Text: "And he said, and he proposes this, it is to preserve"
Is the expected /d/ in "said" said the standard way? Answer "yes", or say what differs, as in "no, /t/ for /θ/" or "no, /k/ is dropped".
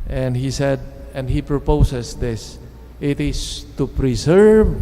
yes